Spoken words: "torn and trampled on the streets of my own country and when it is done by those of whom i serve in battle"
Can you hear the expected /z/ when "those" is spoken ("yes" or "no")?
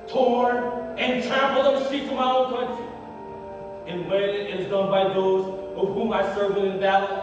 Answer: yes